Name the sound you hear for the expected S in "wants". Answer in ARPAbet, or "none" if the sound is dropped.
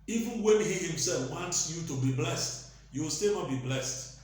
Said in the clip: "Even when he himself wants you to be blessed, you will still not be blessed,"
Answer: S